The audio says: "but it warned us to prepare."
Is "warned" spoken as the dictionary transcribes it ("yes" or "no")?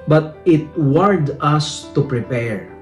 no